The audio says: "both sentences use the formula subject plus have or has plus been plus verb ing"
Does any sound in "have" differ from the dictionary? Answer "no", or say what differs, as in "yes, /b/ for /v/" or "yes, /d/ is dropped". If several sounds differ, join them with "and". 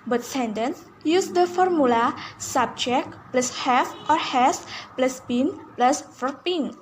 yes, /f/ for /v/